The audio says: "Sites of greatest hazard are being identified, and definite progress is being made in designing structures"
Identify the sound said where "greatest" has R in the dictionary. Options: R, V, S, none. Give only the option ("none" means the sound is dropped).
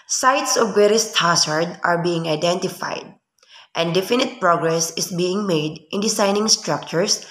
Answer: none